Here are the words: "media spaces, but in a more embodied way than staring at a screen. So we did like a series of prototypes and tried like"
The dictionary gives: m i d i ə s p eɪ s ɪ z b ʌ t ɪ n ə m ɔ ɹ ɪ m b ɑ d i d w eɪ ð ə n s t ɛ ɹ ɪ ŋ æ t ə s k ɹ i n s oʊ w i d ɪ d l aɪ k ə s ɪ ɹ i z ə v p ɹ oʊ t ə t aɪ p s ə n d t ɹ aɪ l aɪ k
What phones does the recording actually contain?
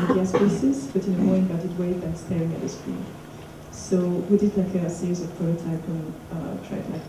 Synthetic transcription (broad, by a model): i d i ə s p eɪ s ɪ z b ʌ t ɪ n ə m ɔ ɹ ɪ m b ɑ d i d w eɪ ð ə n s t ɛ ɹ ɪ ŋ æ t ə s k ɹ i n s oʊ w i d ɪ d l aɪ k ə s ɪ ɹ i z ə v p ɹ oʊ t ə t aɪ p ə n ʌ t ɹ aɪ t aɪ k